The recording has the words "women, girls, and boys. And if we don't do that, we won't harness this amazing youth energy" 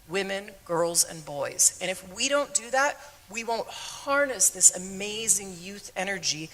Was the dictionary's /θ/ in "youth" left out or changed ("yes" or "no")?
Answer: no